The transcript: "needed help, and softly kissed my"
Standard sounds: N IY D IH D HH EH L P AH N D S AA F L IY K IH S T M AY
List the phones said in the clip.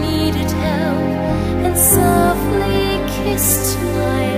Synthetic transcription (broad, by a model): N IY D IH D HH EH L AH N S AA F L IY K IH S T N AY